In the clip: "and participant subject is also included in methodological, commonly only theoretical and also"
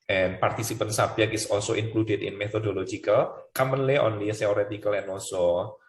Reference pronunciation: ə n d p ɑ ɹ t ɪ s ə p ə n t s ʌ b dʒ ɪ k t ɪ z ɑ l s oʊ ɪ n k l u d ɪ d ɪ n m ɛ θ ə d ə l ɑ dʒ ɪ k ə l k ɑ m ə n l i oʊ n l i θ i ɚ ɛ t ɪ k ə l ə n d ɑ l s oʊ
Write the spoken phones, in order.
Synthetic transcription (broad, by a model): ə n p ɑ ɹ t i s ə p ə n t s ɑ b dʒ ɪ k ɪ s ɑ l s oʊ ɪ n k l u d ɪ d ɪ n m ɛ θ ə d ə l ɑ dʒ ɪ k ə l k ɑ m ə n l i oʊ n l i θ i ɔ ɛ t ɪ k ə l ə n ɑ l s oʊ